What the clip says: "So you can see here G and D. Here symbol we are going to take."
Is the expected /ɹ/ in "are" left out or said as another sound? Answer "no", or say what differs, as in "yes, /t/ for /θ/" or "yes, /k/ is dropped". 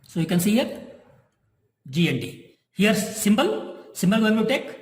yes, /l/ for /ɹ/